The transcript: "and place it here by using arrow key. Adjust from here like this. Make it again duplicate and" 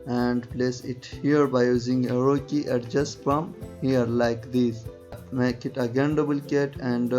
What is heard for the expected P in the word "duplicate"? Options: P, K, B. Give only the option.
B